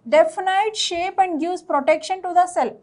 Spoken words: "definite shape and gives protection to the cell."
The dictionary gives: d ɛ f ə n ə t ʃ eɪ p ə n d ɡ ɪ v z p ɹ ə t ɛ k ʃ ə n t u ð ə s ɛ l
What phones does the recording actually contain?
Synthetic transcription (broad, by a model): d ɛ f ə n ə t ʃ eɪ p ə n d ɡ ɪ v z p ɹ ə t ɛ k ʃ ə n t u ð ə s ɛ l